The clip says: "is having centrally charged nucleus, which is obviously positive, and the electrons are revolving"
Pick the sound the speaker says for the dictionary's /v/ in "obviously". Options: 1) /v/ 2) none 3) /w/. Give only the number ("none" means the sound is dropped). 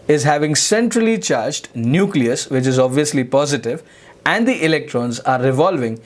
1